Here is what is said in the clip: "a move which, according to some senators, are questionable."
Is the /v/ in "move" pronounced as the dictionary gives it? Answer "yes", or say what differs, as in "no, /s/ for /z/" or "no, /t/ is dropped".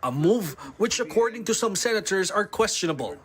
yes